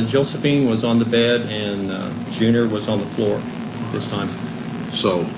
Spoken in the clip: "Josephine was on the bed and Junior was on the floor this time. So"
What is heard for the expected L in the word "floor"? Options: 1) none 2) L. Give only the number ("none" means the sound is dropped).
2